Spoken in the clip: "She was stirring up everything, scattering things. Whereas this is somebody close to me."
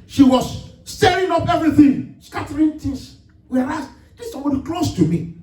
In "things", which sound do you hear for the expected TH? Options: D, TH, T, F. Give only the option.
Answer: T